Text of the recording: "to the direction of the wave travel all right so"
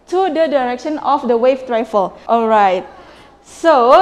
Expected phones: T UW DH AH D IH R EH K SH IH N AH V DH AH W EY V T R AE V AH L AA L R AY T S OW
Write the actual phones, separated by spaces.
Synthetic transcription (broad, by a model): T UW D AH D IH R EH K SH IH N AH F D AH W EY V T R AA F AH L AA L R AY T S OW